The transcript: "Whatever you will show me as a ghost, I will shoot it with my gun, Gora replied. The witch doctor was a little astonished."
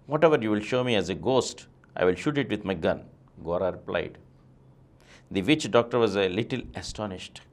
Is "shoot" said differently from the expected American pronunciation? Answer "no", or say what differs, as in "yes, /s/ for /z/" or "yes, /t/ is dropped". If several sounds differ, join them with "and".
no